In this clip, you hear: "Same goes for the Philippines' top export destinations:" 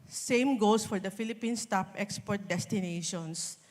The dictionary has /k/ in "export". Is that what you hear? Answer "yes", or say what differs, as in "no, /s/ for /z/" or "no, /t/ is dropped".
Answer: yes